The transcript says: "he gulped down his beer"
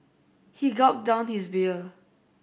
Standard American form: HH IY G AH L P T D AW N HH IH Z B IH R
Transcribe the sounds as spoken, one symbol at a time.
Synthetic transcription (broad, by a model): HH IY G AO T D AW N HH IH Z B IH L